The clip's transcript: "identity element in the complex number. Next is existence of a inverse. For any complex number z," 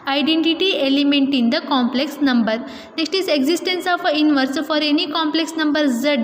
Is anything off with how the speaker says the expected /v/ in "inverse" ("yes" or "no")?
no